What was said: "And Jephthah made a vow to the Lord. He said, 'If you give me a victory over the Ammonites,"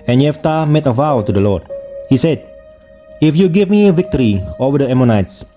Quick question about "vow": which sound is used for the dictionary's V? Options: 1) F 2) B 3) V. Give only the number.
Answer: 3